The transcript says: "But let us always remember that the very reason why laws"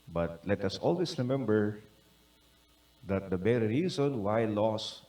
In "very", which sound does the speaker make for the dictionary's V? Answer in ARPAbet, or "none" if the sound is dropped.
B